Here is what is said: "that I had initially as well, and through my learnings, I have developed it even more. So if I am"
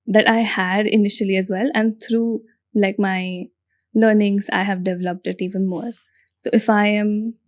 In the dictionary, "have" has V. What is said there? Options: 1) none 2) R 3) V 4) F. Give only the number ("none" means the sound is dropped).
3